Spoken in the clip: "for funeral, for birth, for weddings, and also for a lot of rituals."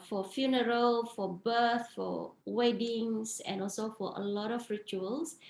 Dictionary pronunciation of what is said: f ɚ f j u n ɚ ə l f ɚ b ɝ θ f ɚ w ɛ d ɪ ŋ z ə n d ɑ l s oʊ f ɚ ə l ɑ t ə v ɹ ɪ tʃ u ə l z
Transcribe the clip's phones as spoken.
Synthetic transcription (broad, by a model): f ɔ f j u n ɚ ə l f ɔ b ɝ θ f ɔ w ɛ d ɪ ŋ s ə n ɑ l s oʊ f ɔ ə l ɑ t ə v ɹ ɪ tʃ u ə l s